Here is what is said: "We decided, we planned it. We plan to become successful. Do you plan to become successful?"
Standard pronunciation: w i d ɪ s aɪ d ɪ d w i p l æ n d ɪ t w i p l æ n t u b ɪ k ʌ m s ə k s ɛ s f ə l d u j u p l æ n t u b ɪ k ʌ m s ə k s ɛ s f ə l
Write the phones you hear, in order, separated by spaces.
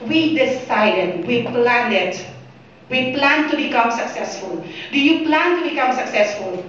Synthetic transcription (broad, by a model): w i d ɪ s aɪ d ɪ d w i p l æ n ɪ t w i p l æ n t u b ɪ k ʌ m s ə k s ɛ s f ə l d u j u p l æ n t u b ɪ k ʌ m s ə k s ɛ s f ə l